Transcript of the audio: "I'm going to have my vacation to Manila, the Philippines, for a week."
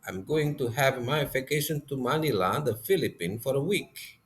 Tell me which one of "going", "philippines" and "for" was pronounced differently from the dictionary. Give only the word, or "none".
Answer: philippines